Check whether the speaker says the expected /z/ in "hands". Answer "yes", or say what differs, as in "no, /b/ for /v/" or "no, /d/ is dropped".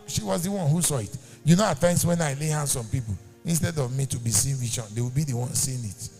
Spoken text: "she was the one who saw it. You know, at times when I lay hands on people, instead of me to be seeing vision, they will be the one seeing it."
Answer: no, /s/ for /z/